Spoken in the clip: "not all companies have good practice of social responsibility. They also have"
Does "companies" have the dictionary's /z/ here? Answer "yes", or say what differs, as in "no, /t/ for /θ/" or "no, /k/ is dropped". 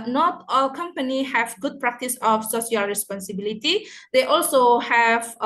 no, /z/ is dropped